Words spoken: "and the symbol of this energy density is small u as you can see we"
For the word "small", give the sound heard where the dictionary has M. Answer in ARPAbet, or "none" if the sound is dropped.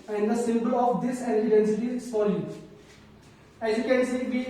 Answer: none